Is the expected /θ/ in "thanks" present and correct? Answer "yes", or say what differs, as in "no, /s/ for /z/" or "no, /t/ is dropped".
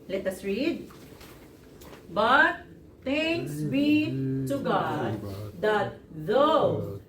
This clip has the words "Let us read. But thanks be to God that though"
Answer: no, /t/ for /θ/